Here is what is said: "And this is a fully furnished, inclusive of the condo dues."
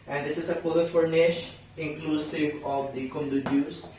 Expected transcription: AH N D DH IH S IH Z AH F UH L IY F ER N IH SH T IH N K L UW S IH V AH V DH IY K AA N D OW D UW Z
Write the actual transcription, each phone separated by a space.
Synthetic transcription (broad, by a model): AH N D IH S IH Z AH P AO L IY F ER N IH SH IH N K L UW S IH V AH V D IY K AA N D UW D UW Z